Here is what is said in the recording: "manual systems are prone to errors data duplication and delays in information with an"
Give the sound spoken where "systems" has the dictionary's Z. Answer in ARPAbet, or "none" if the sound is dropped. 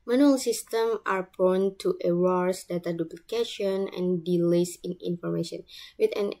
none